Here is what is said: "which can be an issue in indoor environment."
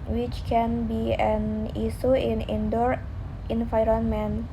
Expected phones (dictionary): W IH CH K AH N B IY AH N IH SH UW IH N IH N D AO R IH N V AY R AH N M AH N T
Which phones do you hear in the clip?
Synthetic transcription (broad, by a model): W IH CH K AH N B IY AH N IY S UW IH N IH N D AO R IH N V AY R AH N M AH N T